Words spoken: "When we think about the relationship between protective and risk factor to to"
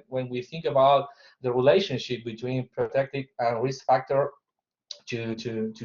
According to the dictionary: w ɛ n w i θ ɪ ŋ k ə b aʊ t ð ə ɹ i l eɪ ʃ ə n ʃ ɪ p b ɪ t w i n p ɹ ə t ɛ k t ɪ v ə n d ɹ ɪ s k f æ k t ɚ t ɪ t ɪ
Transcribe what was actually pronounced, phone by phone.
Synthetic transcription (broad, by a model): w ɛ n w i θ ɪ ŋ k ə b aʊ t ð ə ɹ i l eɪ ʃ ə n ʃ ɪ p b ɪ t w i n p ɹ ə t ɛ k t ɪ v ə n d ɹ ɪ s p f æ k t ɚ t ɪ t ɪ